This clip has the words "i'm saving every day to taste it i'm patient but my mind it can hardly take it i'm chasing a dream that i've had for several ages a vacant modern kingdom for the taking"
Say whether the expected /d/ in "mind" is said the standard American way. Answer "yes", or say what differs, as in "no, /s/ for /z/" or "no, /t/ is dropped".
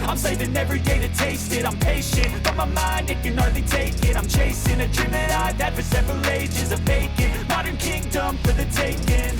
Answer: yes